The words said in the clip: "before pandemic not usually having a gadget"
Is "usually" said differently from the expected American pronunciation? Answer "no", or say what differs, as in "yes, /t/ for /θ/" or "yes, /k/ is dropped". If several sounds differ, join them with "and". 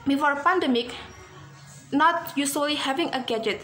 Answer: yes, /s/ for /ʒ/